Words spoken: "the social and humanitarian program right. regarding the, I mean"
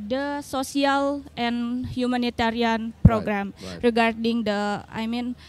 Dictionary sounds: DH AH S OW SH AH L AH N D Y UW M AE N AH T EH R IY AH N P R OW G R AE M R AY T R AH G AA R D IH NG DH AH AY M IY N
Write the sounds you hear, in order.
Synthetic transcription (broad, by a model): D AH S OW S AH L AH N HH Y UW M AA N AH T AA R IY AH N P R OW G R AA M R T R AH G AA R D IH NG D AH AY M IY N